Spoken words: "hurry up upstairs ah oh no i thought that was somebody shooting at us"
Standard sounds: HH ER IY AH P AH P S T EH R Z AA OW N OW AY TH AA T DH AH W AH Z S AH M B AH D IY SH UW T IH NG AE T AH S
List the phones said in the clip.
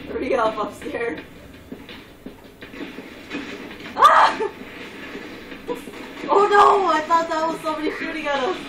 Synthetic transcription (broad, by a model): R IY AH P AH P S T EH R AA OW N OW AY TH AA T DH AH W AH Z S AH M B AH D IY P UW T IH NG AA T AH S